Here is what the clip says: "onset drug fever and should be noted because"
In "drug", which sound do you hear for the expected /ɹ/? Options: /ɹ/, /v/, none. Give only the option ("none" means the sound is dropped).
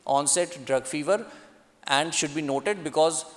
/ɹ/